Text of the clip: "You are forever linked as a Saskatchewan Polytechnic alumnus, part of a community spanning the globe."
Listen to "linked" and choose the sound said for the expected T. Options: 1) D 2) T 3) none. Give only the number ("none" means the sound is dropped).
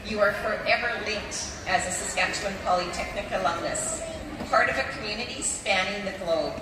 2